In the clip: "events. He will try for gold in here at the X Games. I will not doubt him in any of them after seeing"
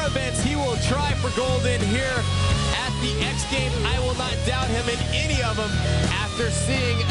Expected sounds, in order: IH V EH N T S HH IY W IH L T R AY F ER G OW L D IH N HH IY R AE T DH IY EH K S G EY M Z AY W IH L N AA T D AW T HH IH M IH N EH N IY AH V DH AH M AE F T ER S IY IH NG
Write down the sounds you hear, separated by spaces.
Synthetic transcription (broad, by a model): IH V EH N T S HH IY W IH L T R AY F ER G OW L D IH N HH IY R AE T DH IY EH K S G EY M AY W IH L N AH T D AW T HH IH M IH N EH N IY AH V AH M AE F T ER S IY IH NG